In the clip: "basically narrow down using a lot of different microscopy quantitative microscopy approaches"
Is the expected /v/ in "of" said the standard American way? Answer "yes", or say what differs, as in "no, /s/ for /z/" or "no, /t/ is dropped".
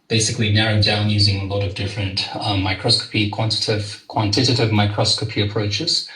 yes